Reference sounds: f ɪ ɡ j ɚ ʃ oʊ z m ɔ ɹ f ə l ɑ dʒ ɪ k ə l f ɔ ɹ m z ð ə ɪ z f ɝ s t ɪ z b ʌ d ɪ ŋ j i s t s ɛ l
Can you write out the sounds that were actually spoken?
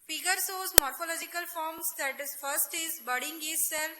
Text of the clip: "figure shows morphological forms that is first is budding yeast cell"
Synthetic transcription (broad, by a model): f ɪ ɡ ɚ s oʊ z m ɔ ɹ f ə l ɑ dʒ ɪ k ə l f ɔ ɹ m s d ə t f ɝ s t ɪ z b ʌ d ɪ ŋ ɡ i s s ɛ l